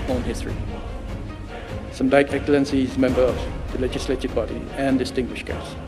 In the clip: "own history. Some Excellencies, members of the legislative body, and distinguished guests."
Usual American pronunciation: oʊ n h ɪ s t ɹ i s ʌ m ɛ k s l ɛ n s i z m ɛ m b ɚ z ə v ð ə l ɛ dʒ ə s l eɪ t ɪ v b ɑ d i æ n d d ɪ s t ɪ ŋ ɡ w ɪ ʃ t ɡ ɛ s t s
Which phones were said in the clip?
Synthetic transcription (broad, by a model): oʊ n h ɪ s t ɹ i s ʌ m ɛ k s l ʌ n s i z m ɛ m b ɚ ə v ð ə l ɛ dʒ ə s l eɪ t ɪ v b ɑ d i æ n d d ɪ s t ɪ ŋ ɡ w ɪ ʃ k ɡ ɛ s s